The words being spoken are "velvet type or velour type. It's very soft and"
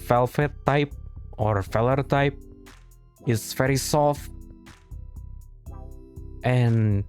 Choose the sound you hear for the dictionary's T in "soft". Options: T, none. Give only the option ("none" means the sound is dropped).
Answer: T